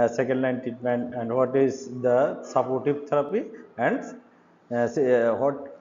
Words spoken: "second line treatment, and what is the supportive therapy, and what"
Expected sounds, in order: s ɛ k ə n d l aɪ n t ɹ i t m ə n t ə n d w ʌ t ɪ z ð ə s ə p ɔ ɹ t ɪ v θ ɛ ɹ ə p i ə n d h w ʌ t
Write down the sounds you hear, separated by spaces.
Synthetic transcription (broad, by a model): s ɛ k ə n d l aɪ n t i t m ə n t ə n d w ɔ t ɪ z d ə s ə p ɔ ɹ t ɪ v t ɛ ɹ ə p i ə n d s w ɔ t